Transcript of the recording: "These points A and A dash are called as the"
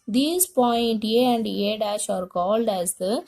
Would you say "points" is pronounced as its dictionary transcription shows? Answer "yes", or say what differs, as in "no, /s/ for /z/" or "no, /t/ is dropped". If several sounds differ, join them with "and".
no, /s/ is dropped